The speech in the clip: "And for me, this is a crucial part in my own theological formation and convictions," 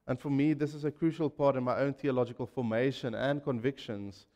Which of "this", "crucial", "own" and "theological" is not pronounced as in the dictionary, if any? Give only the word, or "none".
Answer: none